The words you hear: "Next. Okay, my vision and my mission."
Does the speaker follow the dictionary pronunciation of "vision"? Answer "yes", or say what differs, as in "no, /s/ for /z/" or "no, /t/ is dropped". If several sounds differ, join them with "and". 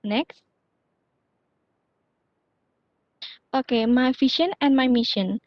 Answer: no, /ʃ/ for /ʒ/